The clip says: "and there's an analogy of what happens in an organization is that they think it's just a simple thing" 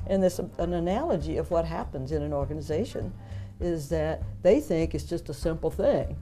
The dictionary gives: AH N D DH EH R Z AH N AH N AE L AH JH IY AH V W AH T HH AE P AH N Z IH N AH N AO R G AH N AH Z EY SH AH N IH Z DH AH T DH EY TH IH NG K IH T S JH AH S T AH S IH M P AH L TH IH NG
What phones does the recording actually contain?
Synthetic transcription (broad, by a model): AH N DH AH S AH N AH N AE L AH JH IY AH V W AH T HH AE P AH N Z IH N AH N AO R G AH N AH Z EY SH AH N IH Z DH AH T DH EY TH IH NG K IH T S JH AH S T AH S IH M P L TH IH NG